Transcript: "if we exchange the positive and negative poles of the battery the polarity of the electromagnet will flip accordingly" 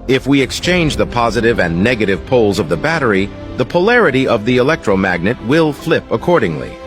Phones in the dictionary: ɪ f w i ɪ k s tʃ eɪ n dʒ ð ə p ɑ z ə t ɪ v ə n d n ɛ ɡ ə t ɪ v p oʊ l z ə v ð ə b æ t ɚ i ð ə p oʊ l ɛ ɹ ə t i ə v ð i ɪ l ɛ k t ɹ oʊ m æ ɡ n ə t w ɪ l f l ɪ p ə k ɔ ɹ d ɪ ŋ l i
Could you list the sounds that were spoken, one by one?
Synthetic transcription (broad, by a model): ɪ f w i ɪ k s tʃ eɪ n dʒ ð ə p ɑ z ə t ɪ v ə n n ɛ ɡ ə t ɪ v p oʊ l z ə v ð ə b æ t ɚ i ð ə p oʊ l ɛ ɹ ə t i ə v ð i ɪ l ɛ k t ɹ oʊ m æ ɡ n ə t w ɪ l f l ɪ p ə k ɔ ɹ d ɪ ŋ l i